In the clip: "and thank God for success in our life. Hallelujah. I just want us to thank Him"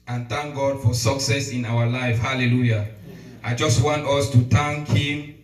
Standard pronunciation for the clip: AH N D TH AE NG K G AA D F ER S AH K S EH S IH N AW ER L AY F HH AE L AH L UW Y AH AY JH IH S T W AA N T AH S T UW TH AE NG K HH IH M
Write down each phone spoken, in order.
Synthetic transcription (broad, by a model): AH N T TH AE NG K G AA D F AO S AH K S EH S IH N AW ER L AY F HH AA L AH L UW Y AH AY JH IH S T W AA N T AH S T UW T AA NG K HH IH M